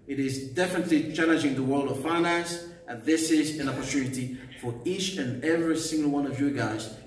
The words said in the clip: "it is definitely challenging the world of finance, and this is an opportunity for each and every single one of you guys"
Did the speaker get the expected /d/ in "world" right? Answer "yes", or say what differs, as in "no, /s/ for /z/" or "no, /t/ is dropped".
yes